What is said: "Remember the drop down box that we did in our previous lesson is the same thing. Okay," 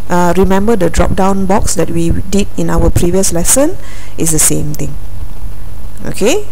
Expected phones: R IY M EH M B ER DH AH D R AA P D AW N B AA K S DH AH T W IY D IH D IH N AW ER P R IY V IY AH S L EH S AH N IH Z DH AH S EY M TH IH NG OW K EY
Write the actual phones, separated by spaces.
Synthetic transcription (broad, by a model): R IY M EH M B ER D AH D R AA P D AW N B AA K S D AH T W IY D IH D IH N AW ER P R IY V IY AH S L EH S AH N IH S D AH S EY M T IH NG OW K EY